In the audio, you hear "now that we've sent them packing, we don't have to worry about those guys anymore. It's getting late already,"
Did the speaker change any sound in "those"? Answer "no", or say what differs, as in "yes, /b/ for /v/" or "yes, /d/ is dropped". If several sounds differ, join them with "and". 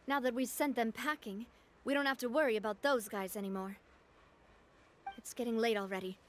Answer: no